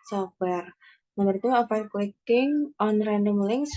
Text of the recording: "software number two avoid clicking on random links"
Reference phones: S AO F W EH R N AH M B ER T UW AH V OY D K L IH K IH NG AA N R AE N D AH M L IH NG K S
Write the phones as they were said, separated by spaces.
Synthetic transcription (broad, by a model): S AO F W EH R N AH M ER T UW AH F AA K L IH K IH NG AA N R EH N D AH M L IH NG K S